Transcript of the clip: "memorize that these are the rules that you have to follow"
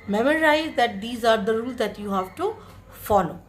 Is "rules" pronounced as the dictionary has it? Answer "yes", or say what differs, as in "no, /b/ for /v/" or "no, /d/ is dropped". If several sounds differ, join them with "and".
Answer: yes